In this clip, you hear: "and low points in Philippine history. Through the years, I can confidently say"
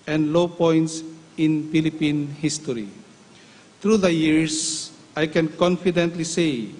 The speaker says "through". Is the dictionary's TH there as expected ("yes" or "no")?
no